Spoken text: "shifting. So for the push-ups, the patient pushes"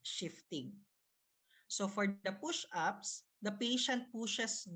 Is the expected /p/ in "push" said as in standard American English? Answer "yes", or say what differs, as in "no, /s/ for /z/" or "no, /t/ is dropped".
yes